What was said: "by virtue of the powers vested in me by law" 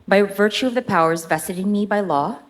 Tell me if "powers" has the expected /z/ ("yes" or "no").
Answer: yes